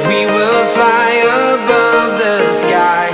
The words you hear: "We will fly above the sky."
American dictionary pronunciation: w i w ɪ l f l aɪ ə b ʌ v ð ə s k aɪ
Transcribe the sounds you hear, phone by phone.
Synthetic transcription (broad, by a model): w i w ɪ l f l aɪ ə b ʌ v ð ə s k aɪ